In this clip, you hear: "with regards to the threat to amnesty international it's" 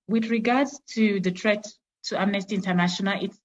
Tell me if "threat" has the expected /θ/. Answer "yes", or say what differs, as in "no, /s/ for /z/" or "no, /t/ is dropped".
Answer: no, /t/ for /θ/